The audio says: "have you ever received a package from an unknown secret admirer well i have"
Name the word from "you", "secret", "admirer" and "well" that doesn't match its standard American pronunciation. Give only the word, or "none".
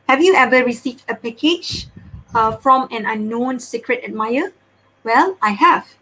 admirer